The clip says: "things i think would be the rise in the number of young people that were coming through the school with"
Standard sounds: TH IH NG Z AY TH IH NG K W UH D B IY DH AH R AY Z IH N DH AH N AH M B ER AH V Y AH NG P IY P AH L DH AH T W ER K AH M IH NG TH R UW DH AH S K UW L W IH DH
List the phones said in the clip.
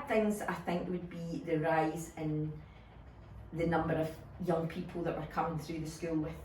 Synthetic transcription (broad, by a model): TH IH NG Z AY TH IH NG K W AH D B IY DH AH R AY Z IH N DH AH N AH M B ER AH V Y AH NG P IY P AH L DH AH T W ER K AH M IH NG TH R UW DH AH S K UW L W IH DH